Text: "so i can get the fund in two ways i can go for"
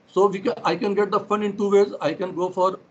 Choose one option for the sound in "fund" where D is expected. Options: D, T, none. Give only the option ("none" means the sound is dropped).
none